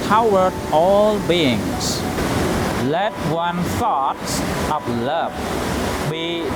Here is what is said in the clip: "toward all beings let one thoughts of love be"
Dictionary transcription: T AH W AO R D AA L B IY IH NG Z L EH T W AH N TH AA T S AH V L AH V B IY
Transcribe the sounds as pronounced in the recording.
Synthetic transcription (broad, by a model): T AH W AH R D AA L B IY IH NG S L EH T W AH N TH AA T S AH P L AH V B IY